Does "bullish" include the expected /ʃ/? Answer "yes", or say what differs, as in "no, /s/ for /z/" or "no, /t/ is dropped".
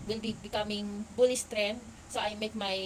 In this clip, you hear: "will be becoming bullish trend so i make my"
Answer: no, /s/ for /ʃ/